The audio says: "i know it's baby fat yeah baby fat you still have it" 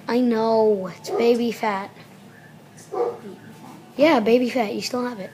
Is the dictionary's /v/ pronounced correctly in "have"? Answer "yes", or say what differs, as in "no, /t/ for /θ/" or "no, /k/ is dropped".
yes